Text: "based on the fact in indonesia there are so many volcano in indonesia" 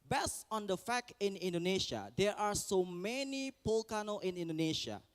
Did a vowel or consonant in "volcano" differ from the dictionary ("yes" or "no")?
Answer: yes